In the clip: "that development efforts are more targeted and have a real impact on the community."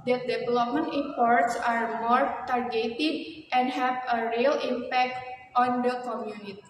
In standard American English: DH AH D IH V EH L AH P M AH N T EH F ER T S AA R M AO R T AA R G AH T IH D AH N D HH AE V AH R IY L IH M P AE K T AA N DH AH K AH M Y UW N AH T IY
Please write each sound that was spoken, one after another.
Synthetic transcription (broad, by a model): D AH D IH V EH L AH P M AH N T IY P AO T S AA R M AO R T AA R G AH T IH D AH N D HH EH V AH R IY L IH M P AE K T AA N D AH K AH M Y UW N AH T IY